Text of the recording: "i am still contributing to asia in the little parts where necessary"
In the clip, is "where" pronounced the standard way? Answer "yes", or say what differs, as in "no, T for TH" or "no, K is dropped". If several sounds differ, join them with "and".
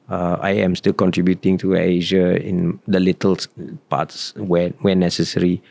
no, W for R